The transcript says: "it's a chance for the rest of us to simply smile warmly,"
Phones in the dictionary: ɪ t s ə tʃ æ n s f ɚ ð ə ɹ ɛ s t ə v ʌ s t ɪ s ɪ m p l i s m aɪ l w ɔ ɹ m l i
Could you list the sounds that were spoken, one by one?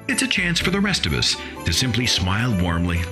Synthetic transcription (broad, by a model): ɪ t s ə tʃ æ n s f ɚ ð ə ɹ ɛ s t ə v ʌ s t ɪ s ɪ m p l i s m aɪ l w ɔ ɹ m l i